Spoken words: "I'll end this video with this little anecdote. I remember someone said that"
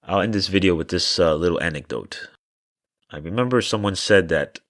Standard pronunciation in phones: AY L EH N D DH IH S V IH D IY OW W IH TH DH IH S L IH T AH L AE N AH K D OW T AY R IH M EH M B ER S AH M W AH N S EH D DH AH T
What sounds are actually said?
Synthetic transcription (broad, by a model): AY L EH N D DH IH S V IH D IY OW W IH DH IH S L IH T L AE N AH K D OW T AY R IH M EH M B ER S AH M W AH N S EH D DH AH T